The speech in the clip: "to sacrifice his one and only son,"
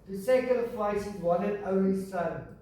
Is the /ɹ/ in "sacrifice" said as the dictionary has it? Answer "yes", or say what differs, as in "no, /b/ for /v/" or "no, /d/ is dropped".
no, /ɹ/ is dropped